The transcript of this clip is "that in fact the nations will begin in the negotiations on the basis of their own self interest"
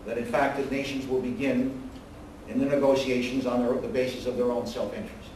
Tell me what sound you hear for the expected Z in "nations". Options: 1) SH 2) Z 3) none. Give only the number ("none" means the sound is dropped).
2